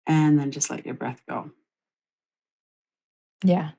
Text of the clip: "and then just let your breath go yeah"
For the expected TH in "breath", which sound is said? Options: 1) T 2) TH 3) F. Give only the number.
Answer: 2